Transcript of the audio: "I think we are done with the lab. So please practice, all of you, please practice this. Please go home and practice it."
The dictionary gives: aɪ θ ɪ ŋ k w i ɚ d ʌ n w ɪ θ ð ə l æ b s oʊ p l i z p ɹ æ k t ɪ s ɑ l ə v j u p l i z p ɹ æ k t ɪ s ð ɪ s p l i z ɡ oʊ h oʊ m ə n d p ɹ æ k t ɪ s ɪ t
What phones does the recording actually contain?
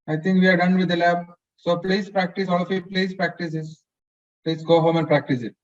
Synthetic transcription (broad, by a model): aɪ t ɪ ŋ k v i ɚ d ʌ n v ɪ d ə l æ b s oʊ p l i s p ɹ æ k t ɪ s ɑ l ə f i p l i s p ɹ æ k t ɪ s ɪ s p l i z ɡ oʊ h oʊ m ə n d p ɹ æ k t ɪ s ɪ t